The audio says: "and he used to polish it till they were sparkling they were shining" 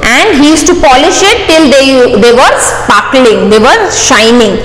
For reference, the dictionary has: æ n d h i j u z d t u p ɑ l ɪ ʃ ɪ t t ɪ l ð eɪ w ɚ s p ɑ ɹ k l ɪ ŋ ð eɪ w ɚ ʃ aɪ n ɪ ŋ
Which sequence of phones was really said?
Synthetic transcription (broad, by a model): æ n d h i j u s t u p ɑ l ɪ ʃ ɪ t t ɪ l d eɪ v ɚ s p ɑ k l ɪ ŋ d eɪ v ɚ ʃ aɪ n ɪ ŋ